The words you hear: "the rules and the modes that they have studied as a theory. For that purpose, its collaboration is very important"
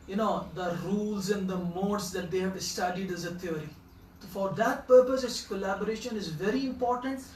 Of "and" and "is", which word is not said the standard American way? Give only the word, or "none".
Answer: none